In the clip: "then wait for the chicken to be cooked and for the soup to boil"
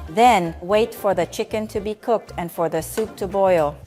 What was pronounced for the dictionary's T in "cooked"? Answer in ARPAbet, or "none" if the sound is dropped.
T